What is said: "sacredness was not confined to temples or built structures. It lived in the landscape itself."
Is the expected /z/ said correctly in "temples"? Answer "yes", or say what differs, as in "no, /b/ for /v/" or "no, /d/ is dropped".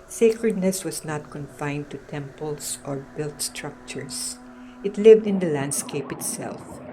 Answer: no, /s/ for /z/